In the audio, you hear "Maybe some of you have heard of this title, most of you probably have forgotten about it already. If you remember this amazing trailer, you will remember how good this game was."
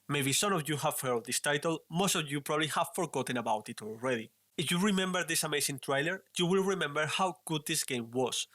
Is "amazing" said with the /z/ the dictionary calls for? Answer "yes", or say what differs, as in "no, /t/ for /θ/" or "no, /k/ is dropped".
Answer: no, /s/ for /z/